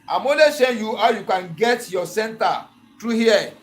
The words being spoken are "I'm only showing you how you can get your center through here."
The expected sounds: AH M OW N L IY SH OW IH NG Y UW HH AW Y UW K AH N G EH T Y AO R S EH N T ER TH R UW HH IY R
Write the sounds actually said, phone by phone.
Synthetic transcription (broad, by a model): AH M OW L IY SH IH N Y UW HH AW Y UW K AH N G EH T Y AO S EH N T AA T R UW HH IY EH